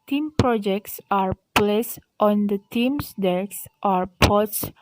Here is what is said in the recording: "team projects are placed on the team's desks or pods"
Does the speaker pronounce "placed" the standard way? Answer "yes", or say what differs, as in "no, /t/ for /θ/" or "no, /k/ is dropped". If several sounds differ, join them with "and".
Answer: yes